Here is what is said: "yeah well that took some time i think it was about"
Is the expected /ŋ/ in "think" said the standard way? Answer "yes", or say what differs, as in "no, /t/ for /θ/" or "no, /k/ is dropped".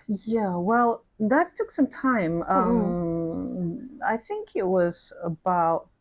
yes